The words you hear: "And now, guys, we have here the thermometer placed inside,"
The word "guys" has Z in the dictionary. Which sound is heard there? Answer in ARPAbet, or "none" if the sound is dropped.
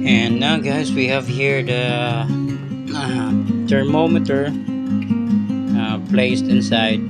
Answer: S